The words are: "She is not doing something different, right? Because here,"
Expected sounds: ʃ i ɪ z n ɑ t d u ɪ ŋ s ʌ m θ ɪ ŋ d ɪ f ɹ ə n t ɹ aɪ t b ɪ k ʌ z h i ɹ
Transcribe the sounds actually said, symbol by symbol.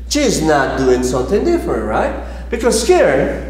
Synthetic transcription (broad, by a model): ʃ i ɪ z n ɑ t d u ɪ ŋ s ʌ m θ ɪ ŋ d ɪ f ɹ ə n t ɹ aɪ t b ɪ k ʌ z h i ɹ